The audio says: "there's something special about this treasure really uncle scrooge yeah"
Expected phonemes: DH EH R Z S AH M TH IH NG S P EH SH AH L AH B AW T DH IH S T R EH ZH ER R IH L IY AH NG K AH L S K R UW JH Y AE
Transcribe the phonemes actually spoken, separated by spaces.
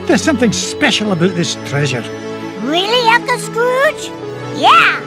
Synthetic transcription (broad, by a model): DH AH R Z S AH M TH IH NG S P EH SH L AH B AW T DH IH S T R EH ZH ER R IH L IY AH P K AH S K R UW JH Y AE